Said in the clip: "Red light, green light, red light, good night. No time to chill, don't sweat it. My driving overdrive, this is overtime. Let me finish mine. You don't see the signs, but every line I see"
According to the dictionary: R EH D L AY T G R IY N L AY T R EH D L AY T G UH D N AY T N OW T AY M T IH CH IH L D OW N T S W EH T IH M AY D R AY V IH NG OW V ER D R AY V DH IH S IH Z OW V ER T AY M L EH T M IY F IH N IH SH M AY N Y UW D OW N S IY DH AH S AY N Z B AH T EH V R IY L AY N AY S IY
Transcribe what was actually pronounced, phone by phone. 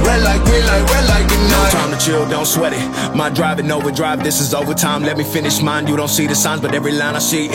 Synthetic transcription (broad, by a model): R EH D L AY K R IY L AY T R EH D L AY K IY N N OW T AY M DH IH CH IH L D OW N T S W EH T IH M AY D R AY V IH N OW V ER D R AY V DH IH S IH Z OW V ER T AY M L EH T M IY F IH N IH SH M AY N Y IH D OW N S IY DH AH S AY N Z B AH T EH V R IY L AY N AY S IY